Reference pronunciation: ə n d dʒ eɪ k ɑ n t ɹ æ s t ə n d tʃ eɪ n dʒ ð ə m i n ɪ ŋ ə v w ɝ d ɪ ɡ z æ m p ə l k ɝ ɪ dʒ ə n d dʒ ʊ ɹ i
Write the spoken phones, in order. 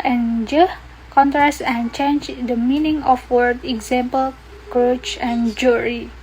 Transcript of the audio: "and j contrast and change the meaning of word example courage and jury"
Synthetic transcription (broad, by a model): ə n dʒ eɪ k ɑ n t ɹ æ s t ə n tʃ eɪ n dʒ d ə m i n ɪ ŋ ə f w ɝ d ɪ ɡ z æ m p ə l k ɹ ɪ tʃ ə n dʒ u ɹ i